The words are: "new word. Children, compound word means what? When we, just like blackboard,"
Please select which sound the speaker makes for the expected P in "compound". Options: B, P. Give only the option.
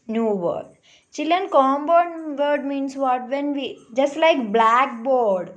B